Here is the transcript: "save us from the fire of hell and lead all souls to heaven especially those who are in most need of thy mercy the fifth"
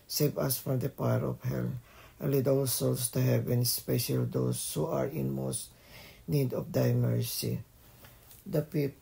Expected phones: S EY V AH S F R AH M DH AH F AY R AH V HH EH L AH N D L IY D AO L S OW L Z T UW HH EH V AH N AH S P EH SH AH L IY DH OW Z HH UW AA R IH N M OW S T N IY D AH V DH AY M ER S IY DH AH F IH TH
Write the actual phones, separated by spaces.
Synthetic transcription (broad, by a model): S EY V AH S F R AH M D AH P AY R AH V HH EH L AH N L IY D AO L S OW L S T UW HH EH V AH N S P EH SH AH L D OW S HH UW AA R IH N M OW S T N IY D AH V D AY M ER S IY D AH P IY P